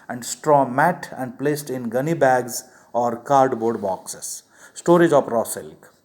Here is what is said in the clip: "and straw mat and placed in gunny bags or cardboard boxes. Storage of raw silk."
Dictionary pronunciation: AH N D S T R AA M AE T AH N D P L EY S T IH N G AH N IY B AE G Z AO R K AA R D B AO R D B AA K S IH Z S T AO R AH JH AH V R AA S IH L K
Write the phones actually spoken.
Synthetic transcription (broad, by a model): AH N D S T R AA M AE T AH N D P L EY S T IH N G AH N IY B AE G Z AO R K AA R D B AO R D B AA K S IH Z S T AO R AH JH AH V R AA S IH L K